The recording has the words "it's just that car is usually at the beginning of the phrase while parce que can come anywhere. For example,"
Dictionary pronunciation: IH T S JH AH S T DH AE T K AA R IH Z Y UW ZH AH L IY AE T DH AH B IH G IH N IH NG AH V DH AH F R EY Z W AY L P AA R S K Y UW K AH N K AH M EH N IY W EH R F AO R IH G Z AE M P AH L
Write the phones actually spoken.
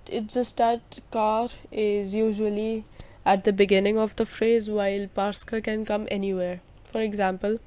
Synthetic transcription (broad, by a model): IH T JH AH S T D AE T K AA R IH Z Y UW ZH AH L IY AE T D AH B IH G IH N IH NG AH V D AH F R EY Z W AY L P AA R S K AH K AH N K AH M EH N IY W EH R F AO R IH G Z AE M P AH L